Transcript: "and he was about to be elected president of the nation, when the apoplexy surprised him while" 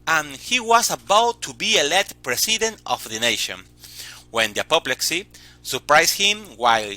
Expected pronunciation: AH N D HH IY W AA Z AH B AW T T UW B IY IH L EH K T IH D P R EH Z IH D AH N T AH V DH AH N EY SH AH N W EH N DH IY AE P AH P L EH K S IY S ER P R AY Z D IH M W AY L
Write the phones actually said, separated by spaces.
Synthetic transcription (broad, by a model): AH N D HH IY W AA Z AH B AW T T UW B IY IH L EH T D P R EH S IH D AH N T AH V DH AH N EY SH AH N W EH N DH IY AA P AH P L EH K S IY S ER P R AY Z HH IH M W AY L